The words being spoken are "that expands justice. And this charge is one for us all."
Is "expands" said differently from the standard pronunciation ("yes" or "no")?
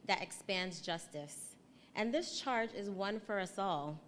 no